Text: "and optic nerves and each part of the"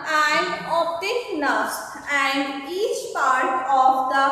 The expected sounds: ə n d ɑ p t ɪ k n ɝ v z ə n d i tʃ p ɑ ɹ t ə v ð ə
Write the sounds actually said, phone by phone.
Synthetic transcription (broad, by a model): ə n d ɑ t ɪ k n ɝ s ə n d i tʃ p ɑ ɹ t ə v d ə